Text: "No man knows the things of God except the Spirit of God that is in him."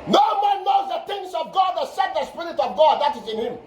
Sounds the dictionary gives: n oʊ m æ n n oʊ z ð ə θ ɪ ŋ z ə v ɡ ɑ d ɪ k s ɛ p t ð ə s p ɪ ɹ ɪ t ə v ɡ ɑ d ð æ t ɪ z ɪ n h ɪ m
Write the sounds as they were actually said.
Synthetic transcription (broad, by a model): n oʊ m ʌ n n oʊ z ð ə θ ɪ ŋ s ə v ɡ ɑ d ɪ s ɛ t ð ə s p ɪ ɹ ɪ t ə v ɡ ɑ d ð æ t ɪ z ɪ n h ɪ m